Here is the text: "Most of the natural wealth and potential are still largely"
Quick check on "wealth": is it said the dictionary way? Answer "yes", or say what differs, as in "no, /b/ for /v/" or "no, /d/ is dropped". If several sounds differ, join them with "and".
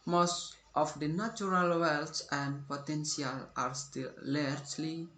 no, /s/ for /θ/